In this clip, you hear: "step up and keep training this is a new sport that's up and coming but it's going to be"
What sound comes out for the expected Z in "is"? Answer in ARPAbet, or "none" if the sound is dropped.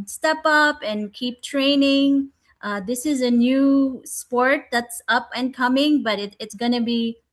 Z